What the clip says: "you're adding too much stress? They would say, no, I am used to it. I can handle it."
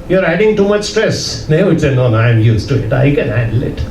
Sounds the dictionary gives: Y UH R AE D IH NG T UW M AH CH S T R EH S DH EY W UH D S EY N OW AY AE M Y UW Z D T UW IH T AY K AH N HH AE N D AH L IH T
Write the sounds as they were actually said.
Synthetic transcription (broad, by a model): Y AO R AE D IH NG T UW M AH CH S T R EH S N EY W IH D S EY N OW AY M Y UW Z T UW IH T AY K AH N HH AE D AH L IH T